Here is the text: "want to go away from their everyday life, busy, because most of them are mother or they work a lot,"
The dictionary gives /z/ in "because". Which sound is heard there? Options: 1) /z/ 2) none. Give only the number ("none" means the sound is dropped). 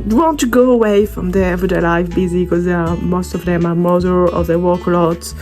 2